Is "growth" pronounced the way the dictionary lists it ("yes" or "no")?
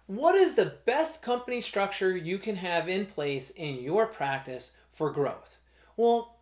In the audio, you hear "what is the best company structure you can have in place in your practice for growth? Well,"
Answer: yes